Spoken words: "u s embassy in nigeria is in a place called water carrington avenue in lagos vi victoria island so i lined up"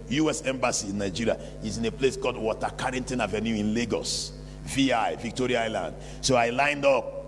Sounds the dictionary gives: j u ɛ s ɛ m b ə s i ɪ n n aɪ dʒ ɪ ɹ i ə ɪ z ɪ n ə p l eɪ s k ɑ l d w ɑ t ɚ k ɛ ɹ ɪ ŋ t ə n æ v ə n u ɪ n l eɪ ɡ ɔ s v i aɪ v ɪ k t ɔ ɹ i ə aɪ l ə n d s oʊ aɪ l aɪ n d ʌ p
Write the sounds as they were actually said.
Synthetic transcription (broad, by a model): j u ɛ s ɛ m b ə s i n n aɪ dʒ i ɹ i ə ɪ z ɪ n ə p l eɪ s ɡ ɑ d w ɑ t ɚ k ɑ ɹ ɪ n t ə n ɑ v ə n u ɪ n l eɪ ɡ ɔ s v i aɪ v ɪ k t ɔ ɹ i ə aɪ l ə n d s oʊ aɪ l aɪ n d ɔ p